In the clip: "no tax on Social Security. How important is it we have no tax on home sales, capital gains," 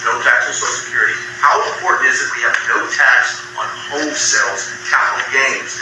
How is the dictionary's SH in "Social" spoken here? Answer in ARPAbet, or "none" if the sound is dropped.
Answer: none